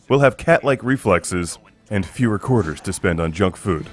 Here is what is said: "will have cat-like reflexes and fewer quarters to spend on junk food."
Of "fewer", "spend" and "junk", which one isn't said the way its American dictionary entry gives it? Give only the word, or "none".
none